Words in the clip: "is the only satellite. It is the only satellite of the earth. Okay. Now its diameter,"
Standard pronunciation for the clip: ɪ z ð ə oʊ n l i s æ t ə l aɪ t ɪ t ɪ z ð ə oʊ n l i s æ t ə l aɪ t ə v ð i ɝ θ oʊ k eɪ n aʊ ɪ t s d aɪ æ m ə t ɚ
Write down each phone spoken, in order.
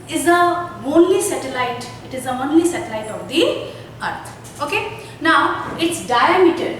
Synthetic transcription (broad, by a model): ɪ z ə oʊ n l i s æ t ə l aɪ t ɪ t ɪ z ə oʊ n l i s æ t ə l aɪ t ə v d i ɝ t oʊ k eɪ n aʊ ɪ t s d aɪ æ m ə t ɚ